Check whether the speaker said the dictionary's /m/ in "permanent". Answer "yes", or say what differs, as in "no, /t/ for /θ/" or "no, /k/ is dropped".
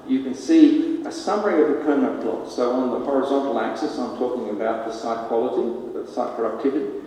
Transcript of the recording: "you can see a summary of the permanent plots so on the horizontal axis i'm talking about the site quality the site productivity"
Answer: no, /m/ is dropped